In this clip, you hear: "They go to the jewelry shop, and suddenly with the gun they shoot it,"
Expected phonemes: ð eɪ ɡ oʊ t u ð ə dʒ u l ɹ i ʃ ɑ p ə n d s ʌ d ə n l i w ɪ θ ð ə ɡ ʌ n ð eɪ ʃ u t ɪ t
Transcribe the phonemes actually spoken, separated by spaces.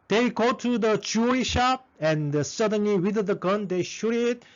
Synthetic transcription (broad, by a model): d eɪ ɡ oʊ t u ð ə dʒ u ɹ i ʃ ɑ p ə n d s ʌ d ə n l i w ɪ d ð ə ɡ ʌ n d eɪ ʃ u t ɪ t